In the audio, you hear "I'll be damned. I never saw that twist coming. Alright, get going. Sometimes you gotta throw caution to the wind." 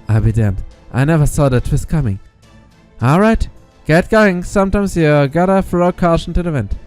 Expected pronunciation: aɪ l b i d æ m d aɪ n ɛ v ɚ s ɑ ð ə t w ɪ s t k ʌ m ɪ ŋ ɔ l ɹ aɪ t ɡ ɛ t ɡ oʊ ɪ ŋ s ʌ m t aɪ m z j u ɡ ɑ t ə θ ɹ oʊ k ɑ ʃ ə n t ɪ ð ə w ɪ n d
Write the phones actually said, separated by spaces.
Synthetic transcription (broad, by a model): aɪ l b i d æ m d aɪ n ɛ v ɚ s ɑ ð ə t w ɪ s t k ʌ m ɪ ŋ ɔ l ɹ aɪ t ɡ ɛ t ɡ oʊ ɪ ŋ s ʌ m t aɪ m z j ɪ ɡ ɑ t ə f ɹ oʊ k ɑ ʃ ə n t ɪ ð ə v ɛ n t